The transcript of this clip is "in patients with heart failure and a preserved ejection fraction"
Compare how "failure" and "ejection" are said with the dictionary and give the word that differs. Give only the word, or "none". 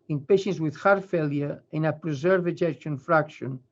none